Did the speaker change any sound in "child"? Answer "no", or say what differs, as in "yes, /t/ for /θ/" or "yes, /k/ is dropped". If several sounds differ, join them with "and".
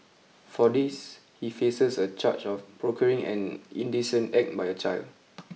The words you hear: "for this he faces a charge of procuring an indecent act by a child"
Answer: no